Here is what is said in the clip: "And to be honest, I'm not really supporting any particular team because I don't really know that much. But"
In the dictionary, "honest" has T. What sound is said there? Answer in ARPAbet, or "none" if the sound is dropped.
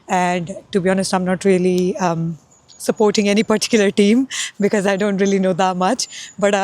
T